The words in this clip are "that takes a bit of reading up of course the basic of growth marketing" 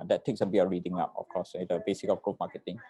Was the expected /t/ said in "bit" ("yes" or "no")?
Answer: no